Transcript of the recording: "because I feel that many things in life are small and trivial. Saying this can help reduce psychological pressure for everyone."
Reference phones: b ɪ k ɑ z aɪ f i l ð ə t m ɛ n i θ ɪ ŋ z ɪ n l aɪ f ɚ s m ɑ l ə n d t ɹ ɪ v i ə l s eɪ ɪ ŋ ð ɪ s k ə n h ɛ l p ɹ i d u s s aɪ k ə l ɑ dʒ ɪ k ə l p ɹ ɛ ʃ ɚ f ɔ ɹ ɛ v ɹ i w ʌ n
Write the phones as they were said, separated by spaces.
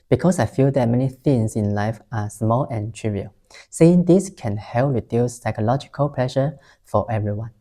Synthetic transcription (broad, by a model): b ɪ k ɑ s aɪ f i l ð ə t m ɛ n i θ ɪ ŋ s ɪ n l aɪ f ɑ s m ɑ l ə n t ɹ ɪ v i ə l s eɪ ɪ ŋ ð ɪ s k ə n h ɛ l p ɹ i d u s s aɪ k ə l ɑ dʒ ɪ k ə l p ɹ ɛ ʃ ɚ f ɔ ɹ ɛ v ɹ i w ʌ n